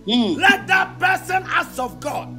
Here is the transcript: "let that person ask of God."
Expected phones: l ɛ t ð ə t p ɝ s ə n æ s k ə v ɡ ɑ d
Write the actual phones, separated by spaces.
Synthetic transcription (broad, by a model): l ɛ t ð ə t p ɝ s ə n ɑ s ə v ɡ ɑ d